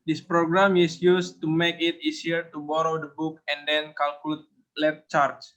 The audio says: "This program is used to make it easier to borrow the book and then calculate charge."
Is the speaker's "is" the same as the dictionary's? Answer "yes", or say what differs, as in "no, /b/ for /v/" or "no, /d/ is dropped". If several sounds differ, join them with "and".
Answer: no, /s/ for /z/